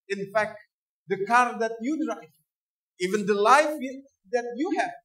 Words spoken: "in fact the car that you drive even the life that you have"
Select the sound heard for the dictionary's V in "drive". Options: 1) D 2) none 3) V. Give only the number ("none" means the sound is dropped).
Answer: 2